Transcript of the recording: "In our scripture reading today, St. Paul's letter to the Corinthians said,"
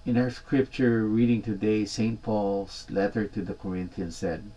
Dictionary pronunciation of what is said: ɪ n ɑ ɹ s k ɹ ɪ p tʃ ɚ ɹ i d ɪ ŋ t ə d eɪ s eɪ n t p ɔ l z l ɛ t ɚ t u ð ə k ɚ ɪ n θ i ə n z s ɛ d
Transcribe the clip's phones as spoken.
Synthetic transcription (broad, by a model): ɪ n ɑ ɹ s k ɹ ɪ p tʃ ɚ ɹ i d ɪ ŋ t ə d eɪ s eɪ n t p ɔ l s l ɛ t ɚ t u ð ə k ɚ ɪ n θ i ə n s ɛ d